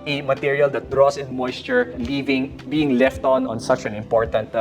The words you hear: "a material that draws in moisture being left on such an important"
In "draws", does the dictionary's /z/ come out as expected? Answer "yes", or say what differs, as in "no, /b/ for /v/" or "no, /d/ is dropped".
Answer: no, /s/ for /z/